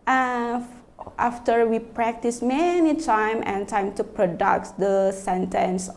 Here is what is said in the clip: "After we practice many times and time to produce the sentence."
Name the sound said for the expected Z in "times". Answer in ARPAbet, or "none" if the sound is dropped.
none